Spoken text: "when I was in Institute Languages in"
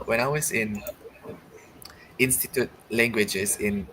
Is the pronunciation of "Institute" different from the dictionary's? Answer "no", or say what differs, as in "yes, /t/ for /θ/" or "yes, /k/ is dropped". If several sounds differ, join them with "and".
no